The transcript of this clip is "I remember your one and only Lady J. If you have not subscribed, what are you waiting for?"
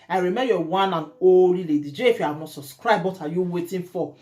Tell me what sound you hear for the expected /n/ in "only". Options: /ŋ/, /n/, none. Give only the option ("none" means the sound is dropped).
none